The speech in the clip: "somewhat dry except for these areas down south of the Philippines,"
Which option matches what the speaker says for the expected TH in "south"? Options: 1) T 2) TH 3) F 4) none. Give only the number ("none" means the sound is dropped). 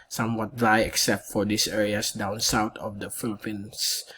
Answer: 1